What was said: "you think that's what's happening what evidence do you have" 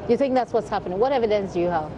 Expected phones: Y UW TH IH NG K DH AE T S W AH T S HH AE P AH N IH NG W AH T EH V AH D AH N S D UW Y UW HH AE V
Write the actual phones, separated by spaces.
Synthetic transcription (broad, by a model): Y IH TH IH NG K DH AE T S W AH T S HH AE P AH N IH NG W AH T EH V AH D AH N S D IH Y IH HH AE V